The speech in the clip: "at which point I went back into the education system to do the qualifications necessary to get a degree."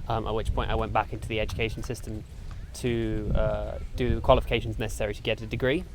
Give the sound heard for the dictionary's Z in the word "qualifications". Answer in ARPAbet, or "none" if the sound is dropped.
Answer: Z